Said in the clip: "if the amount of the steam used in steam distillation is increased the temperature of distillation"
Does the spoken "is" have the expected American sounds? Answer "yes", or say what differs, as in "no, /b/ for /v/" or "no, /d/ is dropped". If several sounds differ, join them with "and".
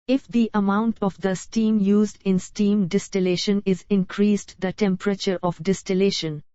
yes